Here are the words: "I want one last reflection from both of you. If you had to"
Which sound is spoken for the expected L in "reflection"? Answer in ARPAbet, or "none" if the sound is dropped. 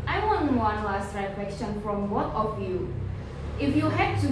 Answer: none